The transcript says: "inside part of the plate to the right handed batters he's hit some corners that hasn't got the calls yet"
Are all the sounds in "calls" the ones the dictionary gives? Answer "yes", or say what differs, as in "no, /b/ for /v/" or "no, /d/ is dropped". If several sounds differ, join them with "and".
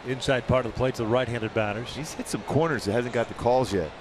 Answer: yes